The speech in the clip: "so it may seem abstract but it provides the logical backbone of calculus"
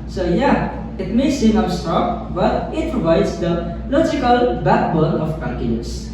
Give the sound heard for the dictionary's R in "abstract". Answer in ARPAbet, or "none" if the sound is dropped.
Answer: none